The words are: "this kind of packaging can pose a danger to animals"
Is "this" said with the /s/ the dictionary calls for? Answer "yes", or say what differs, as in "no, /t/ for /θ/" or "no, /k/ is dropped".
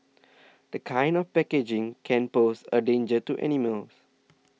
no, /s/ is dropped